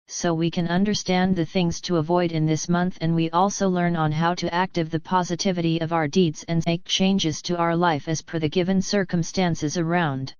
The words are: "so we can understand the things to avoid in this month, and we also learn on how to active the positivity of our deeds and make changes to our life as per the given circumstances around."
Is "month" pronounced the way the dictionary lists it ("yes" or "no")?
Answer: yes